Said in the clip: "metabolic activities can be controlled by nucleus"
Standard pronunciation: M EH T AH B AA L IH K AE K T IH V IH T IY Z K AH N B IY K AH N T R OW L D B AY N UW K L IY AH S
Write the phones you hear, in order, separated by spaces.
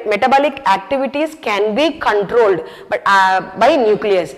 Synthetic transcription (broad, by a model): M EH T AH B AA L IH K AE K T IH V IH T IY S K AH N B IY K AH N T R OW L D B AY N UW K L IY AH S